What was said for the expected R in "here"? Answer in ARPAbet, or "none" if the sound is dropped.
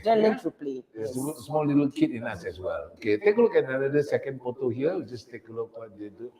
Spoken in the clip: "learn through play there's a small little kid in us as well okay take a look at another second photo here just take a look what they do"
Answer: W